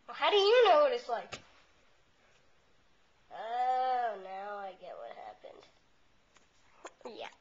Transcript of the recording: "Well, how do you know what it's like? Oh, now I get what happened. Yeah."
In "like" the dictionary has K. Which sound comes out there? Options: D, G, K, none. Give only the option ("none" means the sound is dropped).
none